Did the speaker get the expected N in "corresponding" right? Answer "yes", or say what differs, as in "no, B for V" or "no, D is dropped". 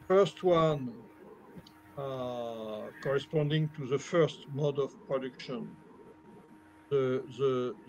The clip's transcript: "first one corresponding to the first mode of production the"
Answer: yes